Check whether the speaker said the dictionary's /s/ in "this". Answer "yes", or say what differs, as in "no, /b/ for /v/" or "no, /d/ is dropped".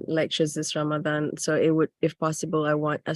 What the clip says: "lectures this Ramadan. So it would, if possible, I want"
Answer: yes